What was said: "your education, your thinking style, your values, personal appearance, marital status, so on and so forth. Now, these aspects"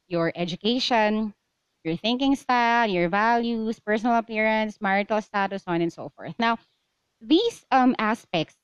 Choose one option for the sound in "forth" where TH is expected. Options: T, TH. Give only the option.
TH